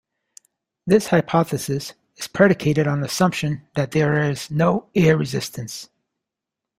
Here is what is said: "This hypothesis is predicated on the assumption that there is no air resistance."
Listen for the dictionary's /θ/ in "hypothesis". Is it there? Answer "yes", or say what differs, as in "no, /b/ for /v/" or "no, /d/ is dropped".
yes